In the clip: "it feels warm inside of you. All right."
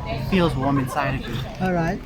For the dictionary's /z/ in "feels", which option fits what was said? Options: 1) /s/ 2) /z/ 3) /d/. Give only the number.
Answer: 2